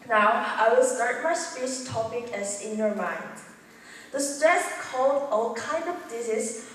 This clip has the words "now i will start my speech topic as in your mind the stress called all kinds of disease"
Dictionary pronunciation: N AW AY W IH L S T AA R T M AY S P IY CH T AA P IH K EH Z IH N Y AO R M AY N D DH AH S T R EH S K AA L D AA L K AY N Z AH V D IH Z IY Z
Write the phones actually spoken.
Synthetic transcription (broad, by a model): N AW AY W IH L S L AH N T M AY S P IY S T AA P IH K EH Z IH N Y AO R M AY N D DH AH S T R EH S K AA L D AA L K AY N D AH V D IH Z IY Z